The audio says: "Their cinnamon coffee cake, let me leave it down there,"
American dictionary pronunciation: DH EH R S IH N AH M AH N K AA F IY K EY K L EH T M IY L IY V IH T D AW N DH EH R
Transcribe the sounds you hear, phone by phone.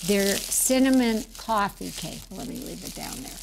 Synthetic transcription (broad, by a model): DH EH R S IH N AH M AH N K AA F IY K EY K L EH T M IY L IY V IH T D AW N DH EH R